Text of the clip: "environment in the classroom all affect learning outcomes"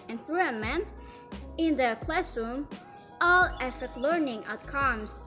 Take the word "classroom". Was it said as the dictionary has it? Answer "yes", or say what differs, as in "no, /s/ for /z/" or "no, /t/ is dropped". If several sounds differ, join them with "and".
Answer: yes